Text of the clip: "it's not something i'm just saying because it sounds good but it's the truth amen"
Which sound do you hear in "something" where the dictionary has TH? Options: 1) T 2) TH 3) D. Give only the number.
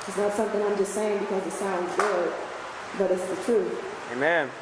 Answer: 2